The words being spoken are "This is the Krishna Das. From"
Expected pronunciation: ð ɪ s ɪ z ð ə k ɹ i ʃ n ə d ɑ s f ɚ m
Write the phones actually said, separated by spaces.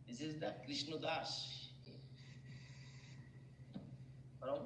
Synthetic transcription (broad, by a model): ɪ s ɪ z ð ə k ɹ i ʃ n ə d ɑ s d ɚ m